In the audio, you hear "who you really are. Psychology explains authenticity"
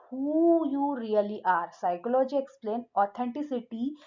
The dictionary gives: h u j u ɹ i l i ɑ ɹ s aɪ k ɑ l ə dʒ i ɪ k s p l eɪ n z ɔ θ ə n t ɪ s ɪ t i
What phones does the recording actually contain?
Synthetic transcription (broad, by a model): h u j u ɹ i l i ɑ ɹ s aɪ k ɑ l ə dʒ i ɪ k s p l eɪ n ɔ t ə n t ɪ s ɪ t i